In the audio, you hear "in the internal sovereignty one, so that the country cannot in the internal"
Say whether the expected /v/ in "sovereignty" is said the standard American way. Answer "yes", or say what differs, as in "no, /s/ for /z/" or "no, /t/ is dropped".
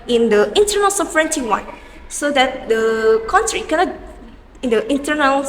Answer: no, /f/ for /v/